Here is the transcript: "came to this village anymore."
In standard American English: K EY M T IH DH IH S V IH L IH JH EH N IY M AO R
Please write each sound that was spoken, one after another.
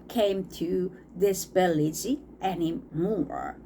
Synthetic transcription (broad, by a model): K EY M T IH DH IH S B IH L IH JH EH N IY M AO R